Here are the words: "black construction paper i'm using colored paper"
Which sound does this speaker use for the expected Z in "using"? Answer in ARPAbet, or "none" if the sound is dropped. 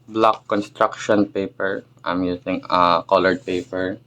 S